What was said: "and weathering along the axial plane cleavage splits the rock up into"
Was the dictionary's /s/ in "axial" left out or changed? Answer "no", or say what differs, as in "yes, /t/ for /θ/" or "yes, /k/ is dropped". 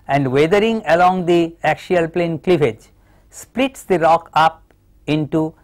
yes, /ʃ/ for /s/